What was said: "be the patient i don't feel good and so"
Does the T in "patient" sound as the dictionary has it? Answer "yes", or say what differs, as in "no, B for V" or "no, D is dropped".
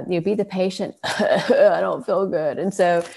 yes